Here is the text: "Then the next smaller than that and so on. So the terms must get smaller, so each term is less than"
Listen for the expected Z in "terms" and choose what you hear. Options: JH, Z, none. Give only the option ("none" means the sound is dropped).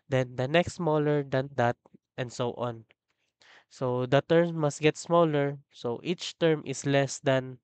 none